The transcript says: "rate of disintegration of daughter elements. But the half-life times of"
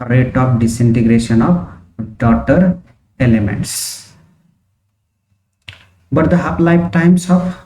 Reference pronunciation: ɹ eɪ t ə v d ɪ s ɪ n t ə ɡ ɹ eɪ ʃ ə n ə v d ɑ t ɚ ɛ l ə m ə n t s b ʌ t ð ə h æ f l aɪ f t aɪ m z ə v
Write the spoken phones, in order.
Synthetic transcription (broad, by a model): ɹ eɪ t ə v d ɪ s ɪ n t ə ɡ ɹ eɪ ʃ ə n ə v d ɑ t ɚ ɛ l ə m ə n t s b ʌ t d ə h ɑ l aɪ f t aɪ m s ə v